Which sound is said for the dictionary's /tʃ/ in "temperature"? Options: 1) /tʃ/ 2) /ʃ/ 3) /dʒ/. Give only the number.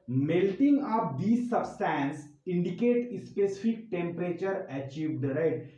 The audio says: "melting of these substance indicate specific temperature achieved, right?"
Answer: 1